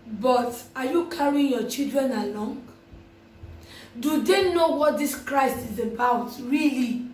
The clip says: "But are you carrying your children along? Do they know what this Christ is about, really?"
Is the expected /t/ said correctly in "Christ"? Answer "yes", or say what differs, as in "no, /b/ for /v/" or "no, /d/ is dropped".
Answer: yes